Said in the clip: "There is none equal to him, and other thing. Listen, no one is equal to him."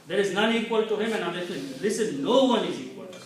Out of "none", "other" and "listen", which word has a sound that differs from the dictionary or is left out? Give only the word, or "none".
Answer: other